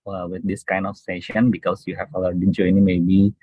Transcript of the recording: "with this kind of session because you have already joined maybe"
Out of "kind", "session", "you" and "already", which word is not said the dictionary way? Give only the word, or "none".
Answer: already